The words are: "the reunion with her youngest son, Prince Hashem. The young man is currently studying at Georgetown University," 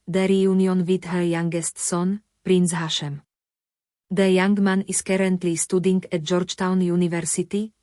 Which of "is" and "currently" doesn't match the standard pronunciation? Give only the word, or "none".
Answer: is